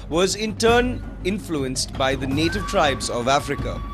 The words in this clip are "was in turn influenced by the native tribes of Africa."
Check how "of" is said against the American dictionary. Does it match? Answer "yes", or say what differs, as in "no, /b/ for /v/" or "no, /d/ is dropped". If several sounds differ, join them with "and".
yes